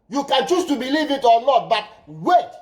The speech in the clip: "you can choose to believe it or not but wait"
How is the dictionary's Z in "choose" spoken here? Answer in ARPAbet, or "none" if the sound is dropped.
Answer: S